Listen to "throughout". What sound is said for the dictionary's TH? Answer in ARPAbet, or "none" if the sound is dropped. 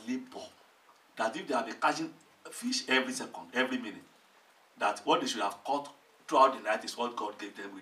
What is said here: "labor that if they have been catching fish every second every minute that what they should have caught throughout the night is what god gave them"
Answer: T